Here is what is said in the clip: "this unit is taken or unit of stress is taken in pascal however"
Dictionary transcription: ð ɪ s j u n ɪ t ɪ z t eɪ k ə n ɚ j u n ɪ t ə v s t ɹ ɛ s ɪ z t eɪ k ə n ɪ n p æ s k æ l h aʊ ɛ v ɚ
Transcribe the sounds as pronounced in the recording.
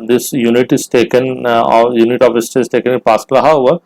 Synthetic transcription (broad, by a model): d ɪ s j u n ɪ t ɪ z t eɪ k ə n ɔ j u n ɪ t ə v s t i ɪ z t eɪ k ə n ɪ n p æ s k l h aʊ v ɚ